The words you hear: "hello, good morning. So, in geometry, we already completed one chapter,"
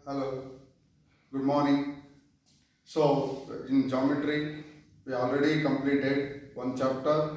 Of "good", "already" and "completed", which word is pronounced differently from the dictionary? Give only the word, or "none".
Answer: none